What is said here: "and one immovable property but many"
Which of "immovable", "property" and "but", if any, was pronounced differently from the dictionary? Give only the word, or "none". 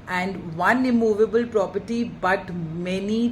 none